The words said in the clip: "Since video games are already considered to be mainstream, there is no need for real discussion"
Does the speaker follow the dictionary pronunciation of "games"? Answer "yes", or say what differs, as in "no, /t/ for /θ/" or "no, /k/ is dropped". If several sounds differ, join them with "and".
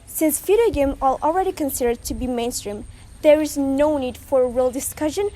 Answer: no, /z/ is dropped